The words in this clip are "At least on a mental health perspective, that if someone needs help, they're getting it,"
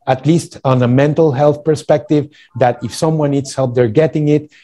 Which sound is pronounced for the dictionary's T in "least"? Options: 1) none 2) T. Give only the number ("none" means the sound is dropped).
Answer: 2